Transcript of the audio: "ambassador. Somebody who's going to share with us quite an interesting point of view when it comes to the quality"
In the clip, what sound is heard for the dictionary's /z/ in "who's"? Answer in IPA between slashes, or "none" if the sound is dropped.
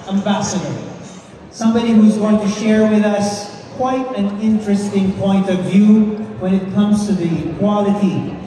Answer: /z/